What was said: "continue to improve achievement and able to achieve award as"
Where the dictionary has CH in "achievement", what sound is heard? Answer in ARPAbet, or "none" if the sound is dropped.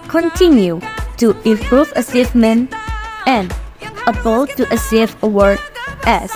S